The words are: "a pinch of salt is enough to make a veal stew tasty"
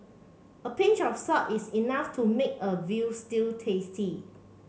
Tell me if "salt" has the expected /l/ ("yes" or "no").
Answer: no